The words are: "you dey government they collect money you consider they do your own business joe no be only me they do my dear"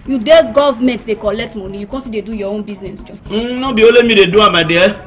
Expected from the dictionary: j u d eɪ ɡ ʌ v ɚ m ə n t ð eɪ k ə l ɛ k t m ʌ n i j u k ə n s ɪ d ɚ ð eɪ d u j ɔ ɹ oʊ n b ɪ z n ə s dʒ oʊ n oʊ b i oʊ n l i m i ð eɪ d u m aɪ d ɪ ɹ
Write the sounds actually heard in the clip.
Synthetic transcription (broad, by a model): j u d eɪ ɡ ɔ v m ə n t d eɪ k ə l ɛ k t m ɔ n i j u k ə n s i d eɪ d u j ɔ oʊ n b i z n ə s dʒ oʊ n oʊ b i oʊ l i m i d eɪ d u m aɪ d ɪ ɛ